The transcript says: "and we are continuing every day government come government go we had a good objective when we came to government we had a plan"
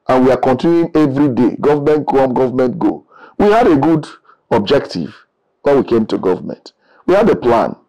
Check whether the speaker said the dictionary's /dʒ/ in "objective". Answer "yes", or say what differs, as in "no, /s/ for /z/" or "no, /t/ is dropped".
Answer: yes